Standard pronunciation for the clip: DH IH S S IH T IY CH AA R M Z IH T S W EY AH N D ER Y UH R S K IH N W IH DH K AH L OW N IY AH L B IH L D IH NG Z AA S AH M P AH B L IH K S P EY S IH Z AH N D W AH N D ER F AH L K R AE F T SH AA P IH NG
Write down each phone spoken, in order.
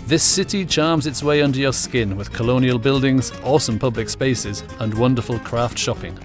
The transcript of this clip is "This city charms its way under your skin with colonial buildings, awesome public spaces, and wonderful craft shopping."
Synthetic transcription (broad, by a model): DH IH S S IH T IY CH AA R M Z IH T S W EY AH N D ER Y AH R S K IH N W IH DH K AH L OW N IY AH L B IH L D IH NG Z AA S AH M P AH B L IH K S P EY S IH Z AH N W AH N D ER F AH L K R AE F T SH AA P IH NG